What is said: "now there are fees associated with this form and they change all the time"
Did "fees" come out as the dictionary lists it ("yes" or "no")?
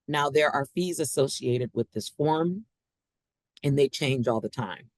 yes